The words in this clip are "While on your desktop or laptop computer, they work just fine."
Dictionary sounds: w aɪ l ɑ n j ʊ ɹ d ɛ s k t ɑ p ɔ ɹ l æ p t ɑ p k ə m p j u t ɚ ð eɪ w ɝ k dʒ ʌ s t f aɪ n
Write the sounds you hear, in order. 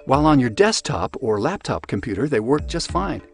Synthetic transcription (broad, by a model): w aɪ l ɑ n j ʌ ɹ d ɛ s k t ɑ p ɔ ɹ l æ p t ɑ p k ə m p j u t ɚ ð eɪ w ɝ k dʒ ʌ s t f aɪ n